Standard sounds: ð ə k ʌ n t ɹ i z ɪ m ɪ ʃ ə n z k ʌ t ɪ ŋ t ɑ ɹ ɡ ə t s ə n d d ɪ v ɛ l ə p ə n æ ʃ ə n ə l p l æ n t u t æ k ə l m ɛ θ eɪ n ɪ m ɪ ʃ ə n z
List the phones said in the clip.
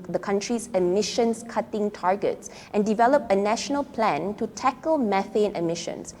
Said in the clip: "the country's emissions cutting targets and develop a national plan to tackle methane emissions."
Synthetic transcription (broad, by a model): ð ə k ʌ n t ɹ i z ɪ m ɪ ʃ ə n s k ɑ t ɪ ŋ t ɑ ɹ ɡ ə t s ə n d d ɪ v ɛ l ə p ə n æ ʃ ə n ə l p l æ n t u t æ k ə l m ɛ f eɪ n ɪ m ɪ ʃ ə n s